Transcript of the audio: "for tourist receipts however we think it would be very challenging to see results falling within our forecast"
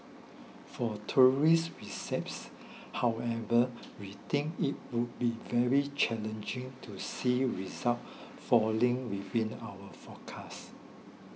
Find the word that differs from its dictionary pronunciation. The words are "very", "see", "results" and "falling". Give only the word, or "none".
results